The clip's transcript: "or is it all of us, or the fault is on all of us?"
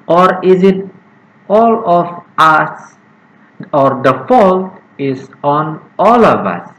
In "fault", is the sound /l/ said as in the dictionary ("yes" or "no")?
yes